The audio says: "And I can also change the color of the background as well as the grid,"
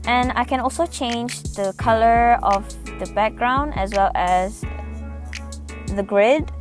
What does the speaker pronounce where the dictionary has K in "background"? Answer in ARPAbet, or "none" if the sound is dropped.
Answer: K